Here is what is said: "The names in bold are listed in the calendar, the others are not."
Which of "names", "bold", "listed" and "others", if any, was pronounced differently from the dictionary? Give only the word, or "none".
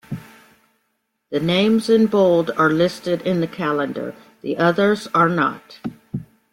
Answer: none